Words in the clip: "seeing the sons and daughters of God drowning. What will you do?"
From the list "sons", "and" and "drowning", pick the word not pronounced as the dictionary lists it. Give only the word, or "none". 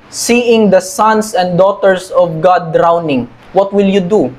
sons